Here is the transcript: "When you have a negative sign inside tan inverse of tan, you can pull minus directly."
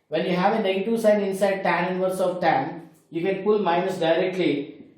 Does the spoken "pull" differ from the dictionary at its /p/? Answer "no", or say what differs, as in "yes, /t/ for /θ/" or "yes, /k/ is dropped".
no